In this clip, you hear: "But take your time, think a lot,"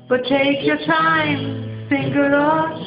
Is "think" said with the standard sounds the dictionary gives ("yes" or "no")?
no